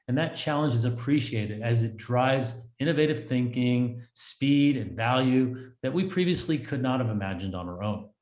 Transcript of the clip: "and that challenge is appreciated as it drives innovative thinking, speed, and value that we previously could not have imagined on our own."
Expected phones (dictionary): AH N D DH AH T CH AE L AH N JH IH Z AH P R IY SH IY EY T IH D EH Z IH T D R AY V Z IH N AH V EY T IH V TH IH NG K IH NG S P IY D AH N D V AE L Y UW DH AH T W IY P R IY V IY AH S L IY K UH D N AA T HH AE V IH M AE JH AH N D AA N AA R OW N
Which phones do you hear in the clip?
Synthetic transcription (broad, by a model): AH N DH AH T CH AE L AH N JH IH Z AH P R IY SH IY EY T IH D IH Z IH T D R AY V Z IH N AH V EY T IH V TH IH NG K IH NG S P IY D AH N V AE L Y UW DH AH T W IY P R IY V IY AH S L IY K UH D N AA T HH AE V IH M AE JH AH N D N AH R OW N